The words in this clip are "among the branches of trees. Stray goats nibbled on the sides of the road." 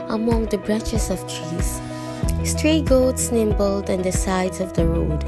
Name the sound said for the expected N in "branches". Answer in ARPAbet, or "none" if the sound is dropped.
none